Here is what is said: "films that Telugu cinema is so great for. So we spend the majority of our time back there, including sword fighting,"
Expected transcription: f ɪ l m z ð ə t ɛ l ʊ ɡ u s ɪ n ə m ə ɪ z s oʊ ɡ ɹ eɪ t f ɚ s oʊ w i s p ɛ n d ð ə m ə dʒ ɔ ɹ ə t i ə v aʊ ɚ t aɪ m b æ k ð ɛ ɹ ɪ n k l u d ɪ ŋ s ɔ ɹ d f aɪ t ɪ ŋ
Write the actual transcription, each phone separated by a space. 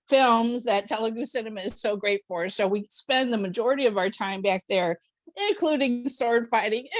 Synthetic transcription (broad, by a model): f ɪ l m z ð ə t ɛ l ʊ ɡ u s ɪ n ə m ə ɪ z s oʊ ɡ ɹ eɪ t f ɚ s oʊ w i s p ɛ n ð ə m ə dʒ ɔ ɹ ə t i ə v aʊ ɚ t aɪ m b æ k ð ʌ ɹ ɪ n k l u d ɪ ŋ s ɔ ɹ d f aɪ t ɪ ŋ